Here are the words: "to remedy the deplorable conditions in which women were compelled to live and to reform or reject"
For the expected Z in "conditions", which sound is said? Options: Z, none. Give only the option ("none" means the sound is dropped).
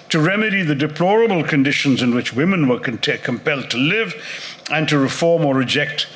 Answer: Z